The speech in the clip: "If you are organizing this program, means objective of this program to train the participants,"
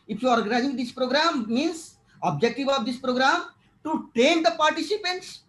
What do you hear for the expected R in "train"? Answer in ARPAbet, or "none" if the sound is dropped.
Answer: none